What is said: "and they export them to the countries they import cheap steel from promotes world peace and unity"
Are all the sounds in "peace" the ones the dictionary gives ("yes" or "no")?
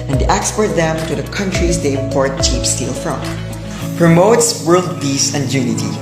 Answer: no